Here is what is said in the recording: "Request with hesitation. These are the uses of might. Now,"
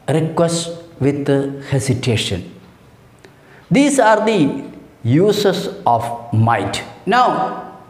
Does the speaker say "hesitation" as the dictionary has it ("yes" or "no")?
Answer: no